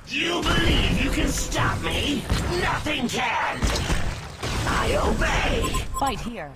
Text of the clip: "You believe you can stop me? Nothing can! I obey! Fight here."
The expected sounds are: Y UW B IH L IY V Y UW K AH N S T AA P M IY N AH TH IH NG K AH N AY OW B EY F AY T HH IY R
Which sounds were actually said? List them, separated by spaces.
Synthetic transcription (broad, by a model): Y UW B IH L IY V Y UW K AH N S T AA P M IY N AH TH IH NG K AH N AY OW B EY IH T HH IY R